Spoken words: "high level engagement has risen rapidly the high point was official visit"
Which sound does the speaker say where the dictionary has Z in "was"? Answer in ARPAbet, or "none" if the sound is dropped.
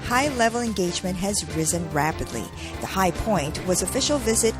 Z